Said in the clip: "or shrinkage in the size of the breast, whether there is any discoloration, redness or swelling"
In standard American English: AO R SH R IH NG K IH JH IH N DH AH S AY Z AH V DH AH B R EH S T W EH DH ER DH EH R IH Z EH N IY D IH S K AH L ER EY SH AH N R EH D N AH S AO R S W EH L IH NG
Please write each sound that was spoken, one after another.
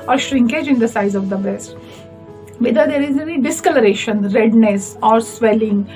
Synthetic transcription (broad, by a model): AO R SH R IH NG K IH JH IH N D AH S AY Z AH V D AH B R EH S T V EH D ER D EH R IH Z EH N IY D IH S K AH L ER EY SH AH N R EH D N AH S AO R S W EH L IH NG